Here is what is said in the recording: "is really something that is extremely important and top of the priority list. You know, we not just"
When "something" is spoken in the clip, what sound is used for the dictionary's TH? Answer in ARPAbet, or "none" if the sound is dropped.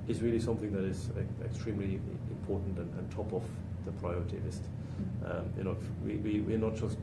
TH